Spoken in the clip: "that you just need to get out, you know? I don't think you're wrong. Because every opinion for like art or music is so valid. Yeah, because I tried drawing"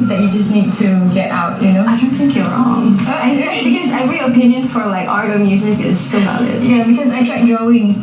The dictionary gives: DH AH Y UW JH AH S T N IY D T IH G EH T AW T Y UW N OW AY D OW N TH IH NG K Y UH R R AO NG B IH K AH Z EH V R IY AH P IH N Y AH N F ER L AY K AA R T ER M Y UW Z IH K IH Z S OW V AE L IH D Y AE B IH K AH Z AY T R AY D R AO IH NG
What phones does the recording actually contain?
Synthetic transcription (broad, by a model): DH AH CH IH JH AH S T N IY D T IH G EH T AW T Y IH N OW AY D OW N TH IH NG K Y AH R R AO NG B IH K AH Z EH R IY AH P IH N Y AH N F ER L AY K AA R T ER M Y UW Z IH K IH Z S OW B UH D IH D Y AE B IH K AH Z AY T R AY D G AO IH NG